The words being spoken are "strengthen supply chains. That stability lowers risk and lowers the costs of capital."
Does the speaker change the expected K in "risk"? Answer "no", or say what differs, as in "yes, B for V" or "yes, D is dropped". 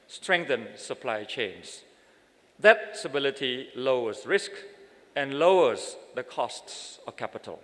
no